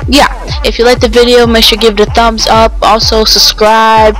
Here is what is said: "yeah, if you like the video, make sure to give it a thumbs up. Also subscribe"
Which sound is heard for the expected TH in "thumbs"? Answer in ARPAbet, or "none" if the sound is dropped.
TH